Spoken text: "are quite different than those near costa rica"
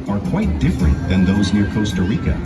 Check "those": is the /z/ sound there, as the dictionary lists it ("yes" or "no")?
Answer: yes